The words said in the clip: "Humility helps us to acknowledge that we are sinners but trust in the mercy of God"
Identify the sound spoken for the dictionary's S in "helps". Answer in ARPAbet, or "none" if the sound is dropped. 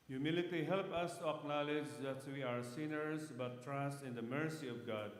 none